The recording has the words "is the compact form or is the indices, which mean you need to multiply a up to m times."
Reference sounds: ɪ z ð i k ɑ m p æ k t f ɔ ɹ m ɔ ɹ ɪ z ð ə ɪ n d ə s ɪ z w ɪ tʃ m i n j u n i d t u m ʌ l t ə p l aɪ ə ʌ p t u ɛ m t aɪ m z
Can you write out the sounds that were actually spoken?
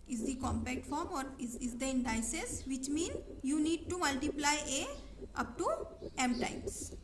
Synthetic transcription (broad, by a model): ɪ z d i k ɑ m p æ k t f ɔ ɹ m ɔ ɹ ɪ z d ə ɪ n d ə s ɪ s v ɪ tʃ m i n j u n i d t u m ʌ l t ə p l aɪ ə ʌ p t u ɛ m t aɪ m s